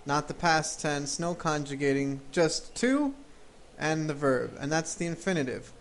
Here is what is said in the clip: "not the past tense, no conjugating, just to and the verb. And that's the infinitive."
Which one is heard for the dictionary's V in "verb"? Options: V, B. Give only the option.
V